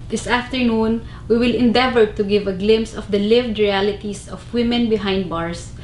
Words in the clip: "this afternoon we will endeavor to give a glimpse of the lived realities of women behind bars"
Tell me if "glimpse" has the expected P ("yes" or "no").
no